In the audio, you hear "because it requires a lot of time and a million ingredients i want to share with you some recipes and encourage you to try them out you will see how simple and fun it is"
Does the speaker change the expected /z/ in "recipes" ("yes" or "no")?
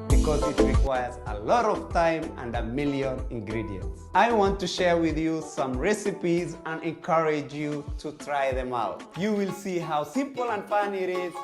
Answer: no